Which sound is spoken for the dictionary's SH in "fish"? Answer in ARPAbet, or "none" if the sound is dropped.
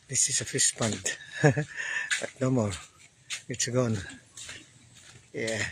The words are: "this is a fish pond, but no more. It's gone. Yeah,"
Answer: S